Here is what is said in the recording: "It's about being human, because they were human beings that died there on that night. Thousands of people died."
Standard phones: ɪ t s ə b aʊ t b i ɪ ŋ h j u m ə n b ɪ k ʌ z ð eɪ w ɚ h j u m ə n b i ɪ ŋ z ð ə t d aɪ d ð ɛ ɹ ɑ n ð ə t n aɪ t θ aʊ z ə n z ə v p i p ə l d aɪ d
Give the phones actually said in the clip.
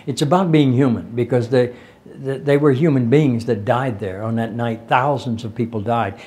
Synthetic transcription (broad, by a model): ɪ t s ə b aʊ t b i ɪ ŋ h j u m ə n b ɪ k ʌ z ð eɪ w ɚ h j u m ə n b i ɪ ŋ z ð ə t d aɪ d ð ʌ ɹ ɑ n ð ə t n aɪ t θ aʊ z ə n z ə v p i p l d aɪ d